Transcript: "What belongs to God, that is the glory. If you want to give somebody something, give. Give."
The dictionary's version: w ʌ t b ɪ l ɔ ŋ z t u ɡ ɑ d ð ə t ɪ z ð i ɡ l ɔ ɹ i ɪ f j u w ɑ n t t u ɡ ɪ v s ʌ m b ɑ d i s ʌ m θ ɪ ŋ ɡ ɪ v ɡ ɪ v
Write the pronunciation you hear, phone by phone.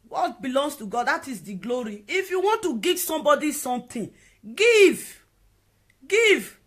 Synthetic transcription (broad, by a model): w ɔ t b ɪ l ɔ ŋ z t u ɡ ɑ d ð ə t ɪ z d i ɡ l ɔ ɹ i ɪ f j u w ɑ n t t u ɡ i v s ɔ m b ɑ d i s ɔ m t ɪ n ɡ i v ɡ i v